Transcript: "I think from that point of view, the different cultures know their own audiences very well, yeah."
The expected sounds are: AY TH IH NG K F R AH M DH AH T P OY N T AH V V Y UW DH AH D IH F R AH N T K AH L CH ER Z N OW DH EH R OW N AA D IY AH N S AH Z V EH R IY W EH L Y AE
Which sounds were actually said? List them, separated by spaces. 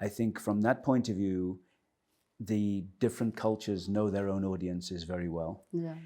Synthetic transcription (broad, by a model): AY TH IH NG K F R AH M DH AH T P OY N T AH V V Y UW DH AH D IH F R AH N K AH L CH ER Z N OW DH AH R OW N AA D IY AH N S AH Z V EH R IY W EH L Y